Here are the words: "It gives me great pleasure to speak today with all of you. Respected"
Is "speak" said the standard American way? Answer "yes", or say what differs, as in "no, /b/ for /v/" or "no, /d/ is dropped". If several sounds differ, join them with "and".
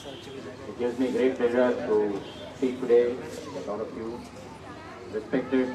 no, /p/ is dropped